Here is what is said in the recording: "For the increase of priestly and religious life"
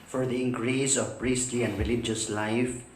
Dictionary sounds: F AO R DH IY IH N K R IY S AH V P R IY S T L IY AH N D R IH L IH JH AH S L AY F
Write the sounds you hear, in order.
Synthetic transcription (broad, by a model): F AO R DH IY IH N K R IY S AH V P R IY S T L IY AH N D R IH L IH JH AH S L AY F